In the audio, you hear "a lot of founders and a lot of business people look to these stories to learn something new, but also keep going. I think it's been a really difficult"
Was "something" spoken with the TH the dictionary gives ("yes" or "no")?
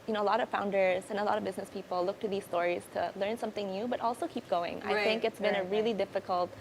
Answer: yes